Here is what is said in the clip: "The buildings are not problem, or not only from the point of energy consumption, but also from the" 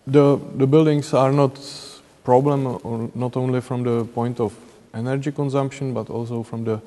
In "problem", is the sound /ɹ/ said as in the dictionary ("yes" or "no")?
yes